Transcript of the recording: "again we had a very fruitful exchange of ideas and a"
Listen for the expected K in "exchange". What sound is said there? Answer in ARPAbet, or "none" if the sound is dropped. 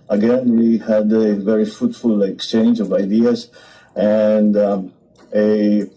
K